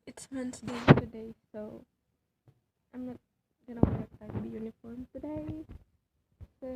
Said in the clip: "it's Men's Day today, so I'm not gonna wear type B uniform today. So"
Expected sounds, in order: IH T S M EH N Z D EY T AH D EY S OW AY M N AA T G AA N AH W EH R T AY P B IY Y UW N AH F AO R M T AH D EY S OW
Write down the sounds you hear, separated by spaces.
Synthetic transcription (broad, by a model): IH T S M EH N S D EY T AH D EY S OW AY M N AA T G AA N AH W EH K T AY B IY Y UW N AH F AO R M T AH D EY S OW